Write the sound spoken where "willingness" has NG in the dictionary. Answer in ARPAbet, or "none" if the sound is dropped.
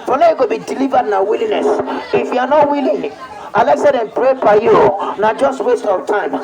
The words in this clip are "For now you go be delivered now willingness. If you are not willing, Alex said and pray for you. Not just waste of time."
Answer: none